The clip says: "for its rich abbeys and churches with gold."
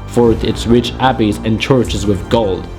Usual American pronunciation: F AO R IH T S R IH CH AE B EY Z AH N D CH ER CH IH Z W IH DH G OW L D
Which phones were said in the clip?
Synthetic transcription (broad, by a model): F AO R IH T S R IH CH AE B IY Z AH N CH ER CH IH Z W IH DH G OW L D